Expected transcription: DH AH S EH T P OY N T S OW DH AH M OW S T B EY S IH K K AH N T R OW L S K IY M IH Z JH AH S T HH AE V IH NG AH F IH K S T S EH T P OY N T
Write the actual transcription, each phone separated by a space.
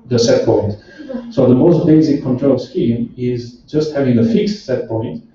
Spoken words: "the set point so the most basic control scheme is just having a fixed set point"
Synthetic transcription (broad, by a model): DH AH S EH T P OY N T S OW DH AH M OW S T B EY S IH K K AH N T R OW L S K IY M IH Z JH AH S T HH AE V IH NG AH F IH K S T S EH T P OY N T